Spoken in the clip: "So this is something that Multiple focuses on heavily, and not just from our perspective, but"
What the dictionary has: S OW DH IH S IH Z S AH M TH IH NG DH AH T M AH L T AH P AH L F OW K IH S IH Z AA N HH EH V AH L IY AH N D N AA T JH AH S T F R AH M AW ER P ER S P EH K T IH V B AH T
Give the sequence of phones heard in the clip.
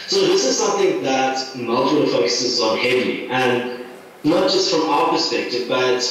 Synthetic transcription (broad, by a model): S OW DH IH S IH Z S AH M TH IH NG DH AH T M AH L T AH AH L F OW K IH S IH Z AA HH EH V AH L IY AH N N AA T JH AH S T F R AH M AW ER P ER S P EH K T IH V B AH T